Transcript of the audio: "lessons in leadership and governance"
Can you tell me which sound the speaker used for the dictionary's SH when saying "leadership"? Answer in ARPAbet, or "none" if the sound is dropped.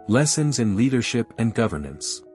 SH